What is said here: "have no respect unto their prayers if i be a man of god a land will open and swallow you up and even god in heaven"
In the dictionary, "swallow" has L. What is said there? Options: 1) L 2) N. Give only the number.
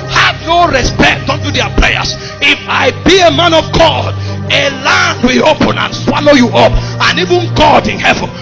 1